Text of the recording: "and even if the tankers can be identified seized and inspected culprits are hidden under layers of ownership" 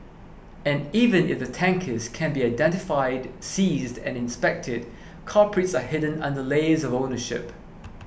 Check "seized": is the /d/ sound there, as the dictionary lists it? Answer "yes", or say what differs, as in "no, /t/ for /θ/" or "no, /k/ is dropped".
yes